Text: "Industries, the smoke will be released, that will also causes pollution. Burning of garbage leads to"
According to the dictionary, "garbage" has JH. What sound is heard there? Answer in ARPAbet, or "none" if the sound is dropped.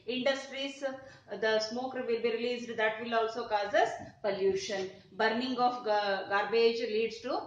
JH